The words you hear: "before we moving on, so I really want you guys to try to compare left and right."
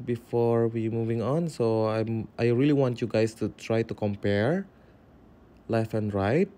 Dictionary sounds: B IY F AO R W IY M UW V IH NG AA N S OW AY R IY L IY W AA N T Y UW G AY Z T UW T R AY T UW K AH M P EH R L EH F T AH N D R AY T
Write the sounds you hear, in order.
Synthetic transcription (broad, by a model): B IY F AO R W IY M UW V IH NG AA N S OW AY R IY L IY W AA N T Y UW G AY S T UW T R AY T UW K AH M P EH R L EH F AH N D R AY T